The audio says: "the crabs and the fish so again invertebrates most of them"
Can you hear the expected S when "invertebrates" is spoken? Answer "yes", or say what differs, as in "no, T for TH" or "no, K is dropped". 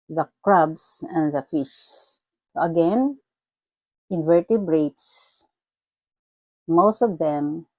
yes